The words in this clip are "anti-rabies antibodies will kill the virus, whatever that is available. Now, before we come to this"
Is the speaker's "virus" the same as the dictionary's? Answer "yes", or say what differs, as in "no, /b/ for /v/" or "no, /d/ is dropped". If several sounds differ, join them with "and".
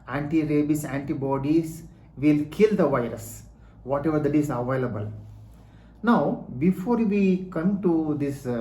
yes